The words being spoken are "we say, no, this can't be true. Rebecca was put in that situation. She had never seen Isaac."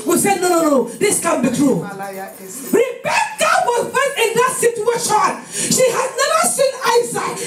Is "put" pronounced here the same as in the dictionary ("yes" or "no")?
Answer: no